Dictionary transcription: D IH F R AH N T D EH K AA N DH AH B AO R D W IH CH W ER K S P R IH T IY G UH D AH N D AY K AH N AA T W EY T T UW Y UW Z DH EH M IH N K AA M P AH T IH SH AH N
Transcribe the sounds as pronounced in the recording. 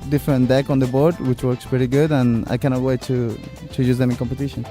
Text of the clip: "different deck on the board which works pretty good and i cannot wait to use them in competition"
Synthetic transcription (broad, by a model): D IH F R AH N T D EH K AA N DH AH B AO R D W IH CH W ER K S P R IH T IY G UH D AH N AY K AH N AA T W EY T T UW Y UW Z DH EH M IH N K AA M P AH T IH SH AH N